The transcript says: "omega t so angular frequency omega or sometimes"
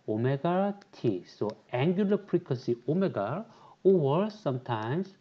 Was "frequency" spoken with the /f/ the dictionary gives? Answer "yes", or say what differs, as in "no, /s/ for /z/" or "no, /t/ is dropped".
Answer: no, /p/ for /f/